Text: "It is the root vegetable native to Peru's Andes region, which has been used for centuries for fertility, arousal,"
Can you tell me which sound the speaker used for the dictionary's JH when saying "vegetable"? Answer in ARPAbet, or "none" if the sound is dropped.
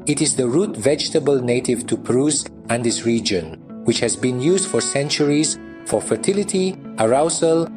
JH